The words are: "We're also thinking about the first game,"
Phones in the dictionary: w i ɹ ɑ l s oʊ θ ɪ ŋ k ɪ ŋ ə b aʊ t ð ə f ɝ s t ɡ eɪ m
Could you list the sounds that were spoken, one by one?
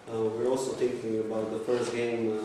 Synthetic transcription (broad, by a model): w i ɹ ɑ l s oʊ t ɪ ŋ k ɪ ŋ ə b aʊ t ð ə f ɝ s t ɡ eɪ m